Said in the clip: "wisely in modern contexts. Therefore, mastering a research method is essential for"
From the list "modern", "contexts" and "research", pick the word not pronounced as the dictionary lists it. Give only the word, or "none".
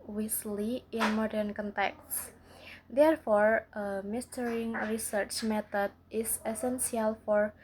none